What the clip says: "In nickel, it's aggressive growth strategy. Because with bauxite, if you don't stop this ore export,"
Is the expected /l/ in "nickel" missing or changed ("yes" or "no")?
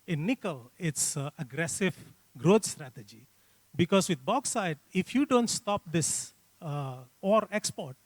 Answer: no